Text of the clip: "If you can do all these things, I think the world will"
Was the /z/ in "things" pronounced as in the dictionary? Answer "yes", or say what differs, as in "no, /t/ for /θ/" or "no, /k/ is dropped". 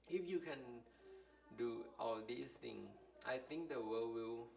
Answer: no, /z/ is dropped